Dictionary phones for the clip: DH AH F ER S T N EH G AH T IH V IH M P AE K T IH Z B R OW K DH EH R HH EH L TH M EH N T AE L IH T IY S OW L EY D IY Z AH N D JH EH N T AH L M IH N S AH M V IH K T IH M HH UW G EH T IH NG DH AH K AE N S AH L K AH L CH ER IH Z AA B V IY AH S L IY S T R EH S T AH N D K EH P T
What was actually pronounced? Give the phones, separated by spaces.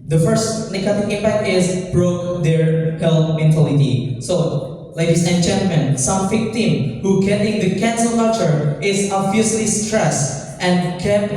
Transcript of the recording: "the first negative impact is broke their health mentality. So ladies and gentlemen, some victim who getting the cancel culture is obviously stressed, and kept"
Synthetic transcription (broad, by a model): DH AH F ER S T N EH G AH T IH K IH M P AE K T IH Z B R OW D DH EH R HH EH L M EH N T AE L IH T IY S OW L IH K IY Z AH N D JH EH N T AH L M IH N S AH M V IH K T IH M HH UW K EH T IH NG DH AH K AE N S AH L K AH CH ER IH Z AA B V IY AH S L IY S T R EH S T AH N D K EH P